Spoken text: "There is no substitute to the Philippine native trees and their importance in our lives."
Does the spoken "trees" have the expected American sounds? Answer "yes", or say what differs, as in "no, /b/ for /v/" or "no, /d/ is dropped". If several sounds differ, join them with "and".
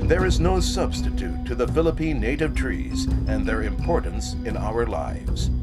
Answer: yes